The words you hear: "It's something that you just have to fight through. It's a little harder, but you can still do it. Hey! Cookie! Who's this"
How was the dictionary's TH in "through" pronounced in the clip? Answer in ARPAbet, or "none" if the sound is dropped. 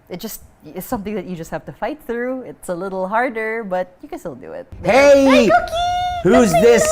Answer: TH